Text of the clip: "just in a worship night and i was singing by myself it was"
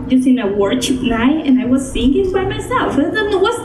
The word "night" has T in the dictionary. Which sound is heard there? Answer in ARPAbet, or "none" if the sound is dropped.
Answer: none